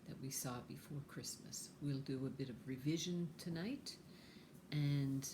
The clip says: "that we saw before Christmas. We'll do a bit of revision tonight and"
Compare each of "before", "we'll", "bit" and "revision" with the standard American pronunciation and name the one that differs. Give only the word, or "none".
none